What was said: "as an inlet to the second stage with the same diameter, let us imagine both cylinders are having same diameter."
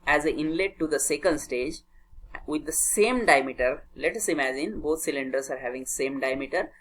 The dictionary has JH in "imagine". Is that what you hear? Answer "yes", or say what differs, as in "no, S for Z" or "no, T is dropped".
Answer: yes